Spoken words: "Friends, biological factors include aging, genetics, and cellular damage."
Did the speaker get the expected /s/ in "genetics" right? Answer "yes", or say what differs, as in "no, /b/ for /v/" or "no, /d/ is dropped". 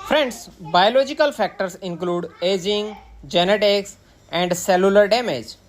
yes